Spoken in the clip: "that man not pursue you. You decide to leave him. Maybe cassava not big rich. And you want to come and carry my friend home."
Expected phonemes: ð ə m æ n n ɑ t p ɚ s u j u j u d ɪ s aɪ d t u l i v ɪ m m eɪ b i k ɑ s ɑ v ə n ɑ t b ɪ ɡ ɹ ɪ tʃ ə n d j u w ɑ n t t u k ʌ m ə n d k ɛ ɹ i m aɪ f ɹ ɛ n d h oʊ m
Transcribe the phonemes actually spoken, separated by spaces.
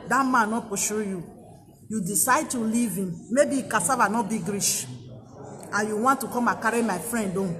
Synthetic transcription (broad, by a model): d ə m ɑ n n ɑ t p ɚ ʃ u j u j u d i s aɪ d t u l i v ɪ m m eɪ b i k ɑ s ɑ v ə n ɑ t b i ɡ ɹ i ʃ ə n j u w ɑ n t t u k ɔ m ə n k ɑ ɹ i m aɪ f ɹ ɛ n d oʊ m